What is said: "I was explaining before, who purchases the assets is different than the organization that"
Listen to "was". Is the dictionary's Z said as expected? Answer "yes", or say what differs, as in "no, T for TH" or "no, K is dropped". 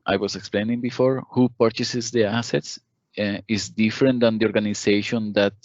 no, S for Z